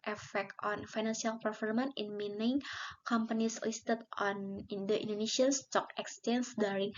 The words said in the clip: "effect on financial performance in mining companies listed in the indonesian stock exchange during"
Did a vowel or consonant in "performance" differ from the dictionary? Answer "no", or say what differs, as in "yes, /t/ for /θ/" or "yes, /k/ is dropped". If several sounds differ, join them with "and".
yes, /s/ is dropped